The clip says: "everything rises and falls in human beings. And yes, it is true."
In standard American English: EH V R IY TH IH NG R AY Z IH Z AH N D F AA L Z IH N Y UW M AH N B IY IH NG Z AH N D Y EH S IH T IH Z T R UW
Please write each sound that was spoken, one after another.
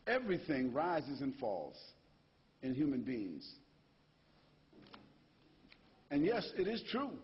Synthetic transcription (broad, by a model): EH V R IY TH IH NG R AY Z IH Z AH N F AA L Z IH N Y UW M AH N B IY IH NG Z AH N Y EH S IH T IH Z T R UW